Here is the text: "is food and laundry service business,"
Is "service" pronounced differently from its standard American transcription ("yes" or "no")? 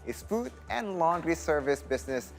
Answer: no